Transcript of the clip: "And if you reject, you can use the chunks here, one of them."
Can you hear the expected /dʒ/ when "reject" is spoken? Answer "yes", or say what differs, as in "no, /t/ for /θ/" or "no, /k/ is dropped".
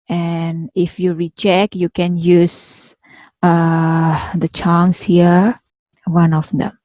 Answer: no, /tʃ/ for /dʒ/